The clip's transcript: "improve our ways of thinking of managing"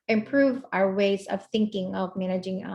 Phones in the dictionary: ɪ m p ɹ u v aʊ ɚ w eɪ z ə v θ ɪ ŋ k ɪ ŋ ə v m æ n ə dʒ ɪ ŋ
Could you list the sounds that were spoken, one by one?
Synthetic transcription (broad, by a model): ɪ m p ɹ u v aʊ ɚ w eɪ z ə v θ ɪ ŋ k ɪ ŋ ə v m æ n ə dʒ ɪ ŋ